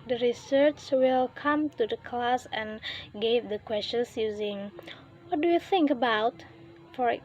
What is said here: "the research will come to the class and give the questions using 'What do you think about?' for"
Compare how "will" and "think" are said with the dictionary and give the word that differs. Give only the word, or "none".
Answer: none